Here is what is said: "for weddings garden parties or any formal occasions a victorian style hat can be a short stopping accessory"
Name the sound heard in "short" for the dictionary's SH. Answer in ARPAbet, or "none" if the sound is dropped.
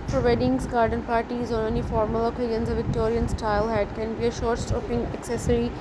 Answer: SH